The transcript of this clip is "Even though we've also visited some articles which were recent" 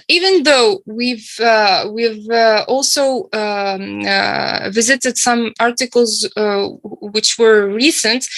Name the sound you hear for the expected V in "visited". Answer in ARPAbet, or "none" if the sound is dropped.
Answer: V